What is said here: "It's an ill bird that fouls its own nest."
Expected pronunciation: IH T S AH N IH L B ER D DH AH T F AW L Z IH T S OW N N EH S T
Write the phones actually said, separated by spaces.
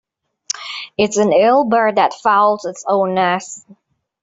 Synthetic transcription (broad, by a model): IH T S AH N IH L B ER D DH AH T F AW L Z IH T S OW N N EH S